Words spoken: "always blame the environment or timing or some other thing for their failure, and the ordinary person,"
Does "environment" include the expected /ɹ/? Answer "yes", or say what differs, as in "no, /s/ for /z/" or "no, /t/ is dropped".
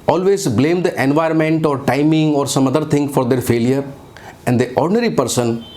yes